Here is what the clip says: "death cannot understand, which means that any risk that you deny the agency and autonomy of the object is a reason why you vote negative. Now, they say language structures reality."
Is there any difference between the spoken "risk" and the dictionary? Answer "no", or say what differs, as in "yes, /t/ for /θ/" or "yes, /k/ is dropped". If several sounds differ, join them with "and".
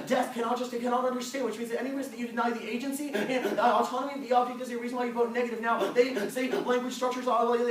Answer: yes, /w/ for /ɹ/